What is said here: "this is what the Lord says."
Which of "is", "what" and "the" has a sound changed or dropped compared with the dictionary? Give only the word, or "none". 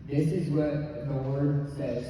none